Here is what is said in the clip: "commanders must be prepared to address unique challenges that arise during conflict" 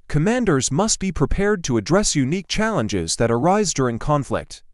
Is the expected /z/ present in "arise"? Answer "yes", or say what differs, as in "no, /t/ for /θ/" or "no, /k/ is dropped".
yes